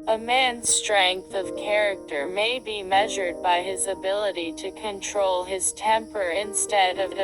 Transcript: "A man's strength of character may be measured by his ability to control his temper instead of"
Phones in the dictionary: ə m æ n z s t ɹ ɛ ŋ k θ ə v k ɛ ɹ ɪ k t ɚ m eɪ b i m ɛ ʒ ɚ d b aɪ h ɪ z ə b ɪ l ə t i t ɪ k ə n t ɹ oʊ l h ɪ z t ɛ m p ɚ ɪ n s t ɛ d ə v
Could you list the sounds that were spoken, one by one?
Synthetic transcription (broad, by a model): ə m æ n z s t ɹ ɛ ŋ k θ ə v k ɛ ɹ ɪ k t ɚ m eɪ b i m ɛ ʒ ɚ d b aɪ ɪ z ə b ɪ l ə t i t ɪ k ə n t ɹ oʊ l ɪ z t ɛ m p ɚ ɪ n s t ɛ d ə v